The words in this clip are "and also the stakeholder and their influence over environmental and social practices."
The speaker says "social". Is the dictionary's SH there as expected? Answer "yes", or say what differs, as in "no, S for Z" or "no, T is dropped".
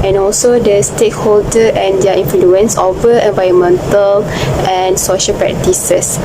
yes